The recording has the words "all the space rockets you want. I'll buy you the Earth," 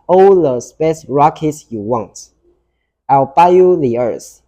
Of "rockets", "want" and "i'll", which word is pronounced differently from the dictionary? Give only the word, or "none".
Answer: none